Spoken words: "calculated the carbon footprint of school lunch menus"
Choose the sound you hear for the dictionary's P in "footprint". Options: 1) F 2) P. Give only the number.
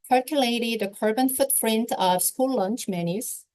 1